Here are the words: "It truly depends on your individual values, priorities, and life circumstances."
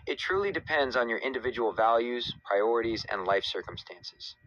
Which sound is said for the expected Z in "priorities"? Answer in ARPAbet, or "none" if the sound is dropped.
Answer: Z